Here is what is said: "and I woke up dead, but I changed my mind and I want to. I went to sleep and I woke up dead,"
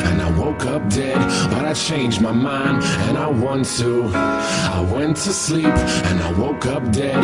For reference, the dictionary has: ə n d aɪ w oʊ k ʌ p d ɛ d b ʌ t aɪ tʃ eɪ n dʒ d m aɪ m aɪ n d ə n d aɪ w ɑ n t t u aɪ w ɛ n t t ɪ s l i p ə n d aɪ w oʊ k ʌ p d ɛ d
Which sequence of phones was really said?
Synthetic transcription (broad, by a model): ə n aɪ w oʊ k ʌ p d ɛ d b ʌ t aɪ tʃ eɪ n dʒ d m aɪ m aɪ n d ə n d aɪ w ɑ n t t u aɪ w ɛ n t t ɪ s l i p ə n aɪ w oʊ k ʌ p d ɛ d